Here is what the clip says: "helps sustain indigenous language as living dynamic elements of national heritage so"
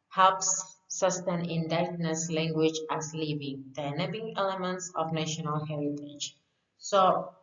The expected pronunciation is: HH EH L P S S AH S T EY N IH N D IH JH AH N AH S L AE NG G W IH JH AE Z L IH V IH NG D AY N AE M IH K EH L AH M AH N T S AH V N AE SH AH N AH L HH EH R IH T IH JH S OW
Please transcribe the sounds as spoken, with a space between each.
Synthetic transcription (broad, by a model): HH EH L P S S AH S T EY N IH N D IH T N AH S L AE NG G W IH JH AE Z L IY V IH NG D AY N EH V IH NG EH L AH M AH N T S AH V N AE SH AH N AH L HH EH R IH T IH JH S OW